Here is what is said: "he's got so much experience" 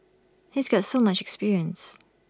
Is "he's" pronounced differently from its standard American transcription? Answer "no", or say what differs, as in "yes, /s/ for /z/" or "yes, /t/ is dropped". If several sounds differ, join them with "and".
no